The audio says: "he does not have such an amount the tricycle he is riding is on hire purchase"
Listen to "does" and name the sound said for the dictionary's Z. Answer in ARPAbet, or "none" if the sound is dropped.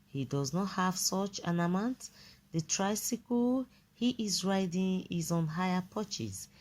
Z